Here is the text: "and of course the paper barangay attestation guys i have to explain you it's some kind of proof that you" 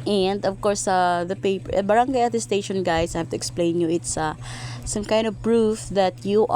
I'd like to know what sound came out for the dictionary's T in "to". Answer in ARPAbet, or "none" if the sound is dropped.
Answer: T